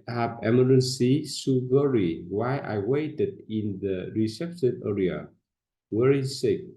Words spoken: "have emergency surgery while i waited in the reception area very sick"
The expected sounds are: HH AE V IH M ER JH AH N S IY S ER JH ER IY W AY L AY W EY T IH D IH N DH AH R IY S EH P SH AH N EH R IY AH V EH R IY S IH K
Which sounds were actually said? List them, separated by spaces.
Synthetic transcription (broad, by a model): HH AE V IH M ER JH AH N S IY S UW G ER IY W AY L AY W EY T IH D IH N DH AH R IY S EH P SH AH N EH R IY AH W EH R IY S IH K